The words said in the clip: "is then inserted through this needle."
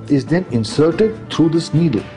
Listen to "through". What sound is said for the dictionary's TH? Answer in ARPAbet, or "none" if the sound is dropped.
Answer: T